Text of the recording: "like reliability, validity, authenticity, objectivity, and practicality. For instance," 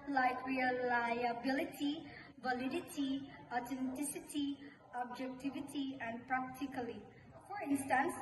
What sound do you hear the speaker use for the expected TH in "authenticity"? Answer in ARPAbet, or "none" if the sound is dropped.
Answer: T